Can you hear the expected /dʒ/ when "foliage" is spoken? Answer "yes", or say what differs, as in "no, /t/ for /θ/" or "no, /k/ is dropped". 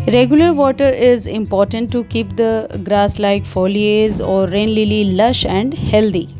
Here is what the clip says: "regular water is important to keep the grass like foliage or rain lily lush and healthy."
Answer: no, /z/ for /dʒ/